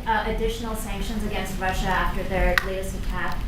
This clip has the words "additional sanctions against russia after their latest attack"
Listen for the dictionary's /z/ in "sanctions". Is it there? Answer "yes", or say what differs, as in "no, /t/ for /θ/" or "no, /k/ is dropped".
yes